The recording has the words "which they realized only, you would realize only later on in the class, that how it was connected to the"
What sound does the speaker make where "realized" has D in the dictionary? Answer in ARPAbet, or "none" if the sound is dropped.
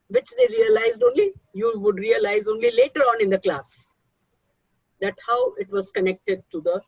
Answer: D